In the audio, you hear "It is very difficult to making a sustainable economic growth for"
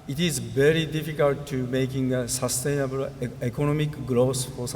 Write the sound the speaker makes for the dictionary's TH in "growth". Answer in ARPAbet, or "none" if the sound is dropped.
S